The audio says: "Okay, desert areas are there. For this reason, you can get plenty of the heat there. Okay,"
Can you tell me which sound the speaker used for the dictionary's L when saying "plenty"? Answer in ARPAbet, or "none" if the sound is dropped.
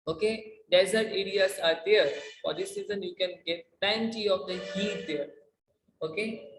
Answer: none